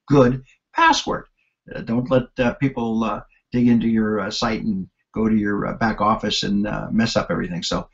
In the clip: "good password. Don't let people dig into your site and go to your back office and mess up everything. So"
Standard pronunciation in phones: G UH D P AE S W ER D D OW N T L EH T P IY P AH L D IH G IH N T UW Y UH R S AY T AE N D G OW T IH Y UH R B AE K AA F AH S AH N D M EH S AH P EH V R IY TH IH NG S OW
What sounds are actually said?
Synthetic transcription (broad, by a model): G UH D P AE S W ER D D OW N T L EH T P IY P L D IH G IH N T UW Y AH R S AY T N G OW T IH Y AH R B AE K AA F AH S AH N M EH S AH P EH V R IY TH IH NG S OW